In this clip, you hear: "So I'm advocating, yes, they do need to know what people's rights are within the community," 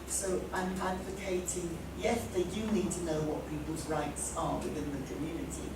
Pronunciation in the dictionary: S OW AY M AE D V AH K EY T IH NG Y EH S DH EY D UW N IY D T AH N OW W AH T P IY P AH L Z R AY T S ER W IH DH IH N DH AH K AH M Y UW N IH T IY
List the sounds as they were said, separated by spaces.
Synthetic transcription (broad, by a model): S OW AY M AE D V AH K EY T IH NG Y EH S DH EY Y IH N IY D T AH N OW W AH T P IY P AH L Z R AY T S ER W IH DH IH N DH AH K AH M Y UW N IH T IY